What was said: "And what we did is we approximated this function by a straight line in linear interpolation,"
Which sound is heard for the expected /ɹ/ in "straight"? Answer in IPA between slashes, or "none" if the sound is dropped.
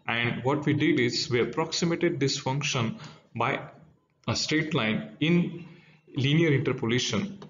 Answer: none